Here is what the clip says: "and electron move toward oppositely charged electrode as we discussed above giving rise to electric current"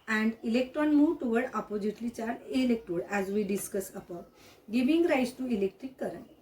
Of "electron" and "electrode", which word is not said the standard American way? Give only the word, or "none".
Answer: electrode